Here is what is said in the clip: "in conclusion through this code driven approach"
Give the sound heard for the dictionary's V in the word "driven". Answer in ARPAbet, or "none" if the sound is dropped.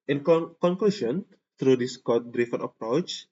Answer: F